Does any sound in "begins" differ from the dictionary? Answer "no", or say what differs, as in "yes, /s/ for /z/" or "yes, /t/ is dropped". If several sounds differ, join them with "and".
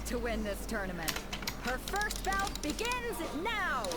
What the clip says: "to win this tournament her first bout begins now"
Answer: no